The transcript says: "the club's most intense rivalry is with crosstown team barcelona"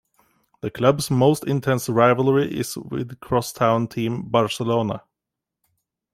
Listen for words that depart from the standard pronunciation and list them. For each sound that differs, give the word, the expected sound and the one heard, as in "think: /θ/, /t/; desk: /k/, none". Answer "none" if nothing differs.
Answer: club's: /z/, /s/